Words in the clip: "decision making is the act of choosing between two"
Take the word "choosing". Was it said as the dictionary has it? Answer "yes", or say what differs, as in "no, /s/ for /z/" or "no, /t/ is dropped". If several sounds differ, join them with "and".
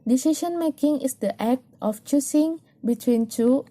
no, /s/ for /z/